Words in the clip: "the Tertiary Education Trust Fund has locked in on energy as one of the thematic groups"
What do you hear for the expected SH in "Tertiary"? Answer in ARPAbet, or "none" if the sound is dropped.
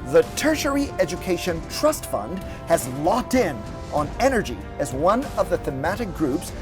SH